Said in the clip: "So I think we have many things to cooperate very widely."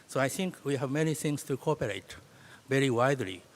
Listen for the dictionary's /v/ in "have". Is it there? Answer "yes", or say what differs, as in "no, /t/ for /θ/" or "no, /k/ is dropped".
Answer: yes